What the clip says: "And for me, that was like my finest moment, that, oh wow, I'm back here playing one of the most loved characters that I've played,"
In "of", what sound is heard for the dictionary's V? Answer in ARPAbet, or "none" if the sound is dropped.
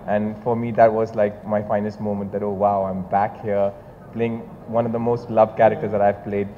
V